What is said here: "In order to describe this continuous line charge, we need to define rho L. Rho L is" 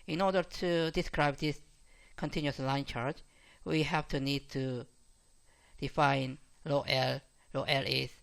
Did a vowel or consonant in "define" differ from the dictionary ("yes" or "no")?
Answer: no